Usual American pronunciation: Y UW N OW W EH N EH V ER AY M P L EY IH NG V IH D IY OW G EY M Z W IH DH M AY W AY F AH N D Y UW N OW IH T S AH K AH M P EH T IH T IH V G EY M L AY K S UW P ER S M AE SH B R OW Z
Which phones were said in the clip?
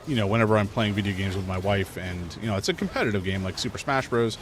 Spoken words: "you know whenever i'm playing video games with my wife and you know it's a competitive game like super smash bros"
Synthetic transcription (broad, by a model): Y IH N OW W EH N EH V ER AY M P L EY IH NG V IH D IY OW G EY M Z W IH DH M AY W AY F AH N Y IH N OW IH T S AH K M P EH T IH T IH V G EY M L AY K S UW P ER S M AE SH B R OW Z